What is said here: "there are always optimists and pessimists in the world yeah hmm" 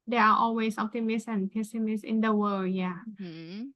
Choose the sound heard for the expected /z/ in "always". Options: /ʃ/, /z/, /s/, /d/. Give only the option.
/s/